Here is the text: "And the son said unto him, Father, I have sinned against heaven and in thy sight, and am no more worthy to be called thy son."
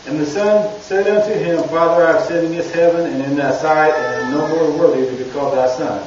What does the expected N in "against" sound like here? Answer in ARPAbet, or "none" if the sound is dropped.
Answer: none